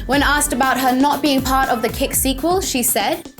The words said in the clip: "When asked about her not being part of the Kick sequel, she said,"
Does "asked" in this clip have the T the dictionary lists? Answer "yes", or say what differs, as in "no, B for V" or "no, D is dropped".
yes